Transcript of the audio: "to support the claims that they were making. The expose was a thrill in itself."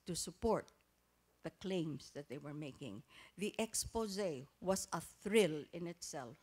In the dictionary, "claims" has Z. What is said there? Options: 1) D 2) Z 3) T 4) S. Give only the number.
4